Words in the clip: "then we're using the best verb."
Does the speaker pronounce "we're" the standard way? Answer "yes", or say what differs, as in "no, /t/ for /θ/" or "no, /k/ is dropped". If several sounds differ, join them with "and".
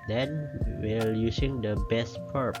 no, /l/ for /ɹ/